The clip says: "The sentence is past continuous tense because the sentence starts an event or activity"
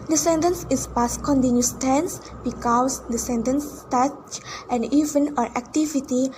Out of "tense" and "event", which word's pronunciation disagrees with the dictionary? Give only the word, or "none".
event